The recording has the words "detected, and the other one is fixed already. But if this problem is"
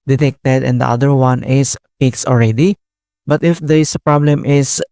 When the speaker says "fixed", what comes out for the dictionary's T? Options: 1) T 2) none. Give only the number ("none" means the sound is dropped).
2